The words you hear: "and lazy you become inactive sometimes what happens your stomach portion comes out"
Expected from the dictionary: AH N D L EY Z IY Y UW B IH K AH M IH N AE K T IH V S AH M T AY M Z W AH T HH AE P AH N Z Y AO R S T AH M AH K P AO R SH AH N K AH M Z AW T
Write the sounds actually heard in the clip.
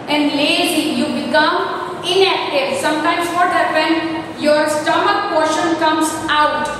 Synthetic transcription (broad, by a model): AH N D L EY Z IY Y UW B IH K AH M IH N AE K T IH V S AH M T AY M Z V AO T HH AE P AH N Y AO R S T AH M AH K P AO R SH AH N K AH M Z AW T